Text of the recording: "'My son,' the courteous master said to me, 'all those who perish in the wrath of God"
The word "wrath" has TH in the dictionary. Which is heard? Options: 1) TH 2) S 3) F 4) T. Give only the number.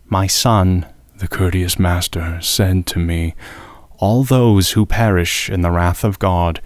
1